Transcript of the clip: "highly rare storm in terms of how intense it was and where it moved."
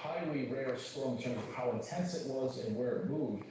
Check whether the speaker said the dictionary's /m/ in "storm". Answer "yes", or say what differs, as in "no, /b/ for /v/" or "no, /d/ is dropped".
no, /m/ is dropped